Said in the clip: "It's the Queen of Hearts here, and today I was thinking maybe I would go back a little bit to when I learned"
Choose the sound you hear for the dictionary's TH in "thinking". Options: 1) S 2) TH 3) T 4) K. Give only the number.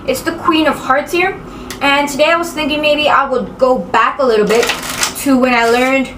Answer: 2